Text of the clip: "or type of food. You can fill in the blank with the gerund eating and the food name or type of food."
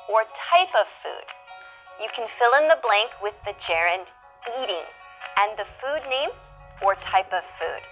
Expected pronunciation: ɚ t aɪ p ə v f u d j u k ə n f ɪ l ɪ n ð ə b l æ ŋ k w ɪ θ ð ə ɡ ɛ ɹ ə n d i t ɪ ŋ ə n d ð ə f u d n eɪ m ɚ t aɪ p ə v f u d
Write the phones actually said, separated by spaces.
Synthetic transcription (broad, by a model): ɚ t aɪ p ə v f u d j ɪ k ə n f ɪ l ɪ n ð ə b l æ ŋ k w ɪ ð ə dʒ ɛ ɹ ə n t i t ɪ ŋ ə n ð ə f u d n eɪ m ɚ t aɪ p ə v f u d